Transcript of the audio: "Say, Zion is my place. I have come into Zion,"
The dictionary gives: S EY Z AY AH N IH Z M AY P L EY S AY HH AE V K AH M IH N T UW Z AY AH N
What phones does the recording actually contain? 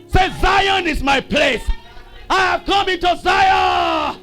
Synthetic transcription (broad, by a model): S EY Z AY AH N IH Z M AY P L EY S AY HH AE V K AH M IH N T UW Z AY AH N